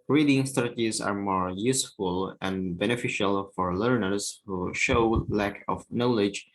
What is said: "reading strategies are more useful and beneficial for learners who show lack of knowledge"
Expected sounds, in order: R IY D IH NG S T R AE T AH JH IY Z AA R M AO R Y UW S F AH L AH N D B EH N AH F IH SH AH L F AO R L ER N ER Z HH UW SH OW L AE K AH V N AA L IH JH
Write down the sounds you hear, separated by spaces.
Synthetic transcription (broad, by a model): R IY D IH NG S T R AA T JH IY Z AA R M AO R Y UW S F AH L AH N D B EH N AH F IH SH AH L F AO R L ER N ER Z HH UW SH OW L AE K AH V N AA L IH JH